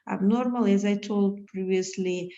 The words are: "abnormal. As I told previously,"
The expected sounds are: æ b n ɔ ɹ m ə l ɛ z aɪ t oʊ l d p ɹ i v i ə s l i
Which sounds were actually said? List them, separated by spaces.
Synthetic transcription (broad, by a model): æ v n ɔ ɹ m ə l ɛ z aɪ t oʊ l d p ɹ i v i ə s l i